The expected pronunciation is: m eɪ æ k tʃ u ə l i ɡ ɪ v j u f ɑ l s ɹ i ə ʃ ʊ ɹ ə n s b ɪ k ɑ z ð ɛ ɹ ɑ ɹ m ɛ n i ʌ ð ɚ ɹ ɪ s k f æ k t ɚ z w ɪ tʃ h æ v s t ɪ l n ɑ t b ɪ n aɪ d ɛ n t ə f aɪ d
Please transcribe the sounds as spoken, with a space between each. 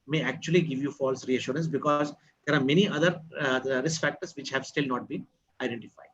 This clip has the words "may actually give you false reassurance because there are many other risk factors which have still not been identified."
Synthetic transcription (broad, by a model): m eɪ æ k tʃ u ə l i ɡ ɪ v j u f ɑ l s ɹ i ə ʃ ʊ ɹ ə n s b ɪ k ɑ z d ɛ ɹ ɑ ɹ m ɛ n i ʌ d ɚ ɹ ɪ s k f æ k t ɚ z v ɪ tʃ h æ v s t ɪ l n ɑ t b ɪ n aɪ d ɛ n t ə f aɪ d